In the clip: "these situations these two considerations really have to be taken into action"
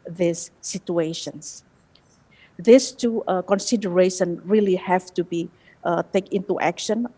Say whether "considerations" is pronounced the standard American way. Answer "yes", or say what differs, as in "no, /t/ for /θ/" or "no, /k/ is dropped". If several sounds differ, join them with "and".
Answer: no, /z/ is dropped